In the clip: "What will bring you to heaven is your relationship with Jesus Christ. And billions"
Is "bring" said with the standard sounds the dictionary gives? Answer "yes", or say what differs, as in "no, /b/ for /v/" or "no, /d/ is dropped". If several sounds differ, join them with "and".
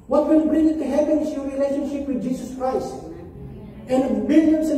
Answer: yes